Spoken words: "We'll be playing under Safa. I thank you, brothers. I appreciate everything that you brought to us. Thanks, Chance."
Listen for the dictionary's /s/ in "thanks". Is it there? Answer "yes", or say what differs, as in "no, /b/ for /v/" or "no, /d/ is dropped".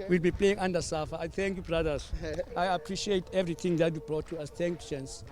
no, /s/ is dropped